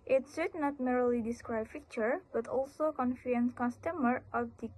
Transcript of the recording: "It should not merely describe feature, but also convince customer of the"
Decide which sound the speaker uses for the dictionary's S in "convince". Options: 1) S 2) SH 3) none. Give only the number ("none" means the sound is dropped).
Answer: 3